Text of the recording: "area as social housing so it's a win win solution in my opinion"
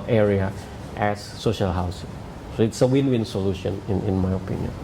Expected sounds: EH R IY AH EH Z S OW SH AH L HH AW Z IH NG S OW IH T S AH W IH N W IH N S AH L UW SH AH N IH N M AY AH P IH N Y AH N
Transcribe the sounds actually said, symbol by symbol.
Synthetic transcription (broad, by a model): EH R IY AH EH S OW SH AH L HH AW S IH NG S OW IH T S AH W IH N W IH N S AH L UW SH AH N IH N M AY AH P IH N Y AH N